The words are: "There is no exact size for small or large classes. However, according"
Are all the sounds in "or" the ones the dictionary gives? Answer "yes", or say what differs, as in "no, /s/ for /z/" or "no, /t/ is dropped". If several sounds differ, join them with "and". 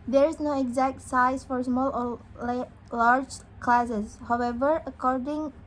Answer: no, /l/ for /ɹ/